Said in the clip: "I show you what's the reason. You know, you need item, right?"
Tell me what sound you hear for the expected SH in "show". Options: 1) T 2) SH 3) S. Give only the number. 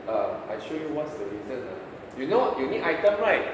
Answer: 2